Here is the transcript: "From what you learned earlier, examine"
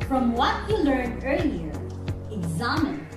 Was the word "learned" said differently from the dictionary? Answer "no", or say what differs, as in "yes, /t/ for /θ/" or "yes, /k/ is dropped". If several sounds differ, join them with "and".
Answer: yes, /d/ is dropped